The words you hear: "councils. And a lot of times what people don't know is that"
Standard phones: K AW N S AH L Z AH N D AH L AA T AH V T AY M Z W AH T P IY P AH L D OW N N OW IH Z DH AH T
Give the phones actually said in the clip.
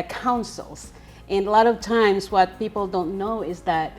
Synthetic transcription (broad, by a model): K AW N S L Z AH N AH L AA T AH V T AY M Z W AH T P IY P L D OW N N OW IH Z DH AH T